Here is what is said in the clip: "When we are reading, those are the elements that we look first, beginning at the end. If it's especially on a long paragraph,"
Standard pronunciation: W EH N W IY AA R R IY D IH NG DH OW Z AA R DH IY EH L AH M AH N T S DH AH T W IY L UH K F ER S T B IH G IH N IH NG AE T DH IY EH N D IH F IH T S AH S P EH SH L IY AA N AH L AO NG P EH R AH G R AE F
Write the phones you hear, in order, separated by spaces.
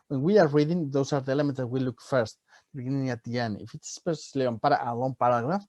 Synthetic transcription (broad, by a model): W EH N W IY AA R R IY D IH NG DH OW S AA R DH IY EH L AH M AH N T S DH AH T W IY L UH K F ER S T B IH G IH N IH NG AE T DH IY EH N IH F IH T S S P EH S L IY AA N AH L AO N P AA R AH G R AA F